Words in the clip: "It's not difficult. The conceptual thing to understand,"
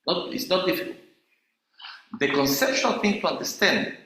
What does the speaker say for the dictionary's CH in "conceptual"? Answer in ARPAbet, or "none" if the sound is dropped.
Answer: SH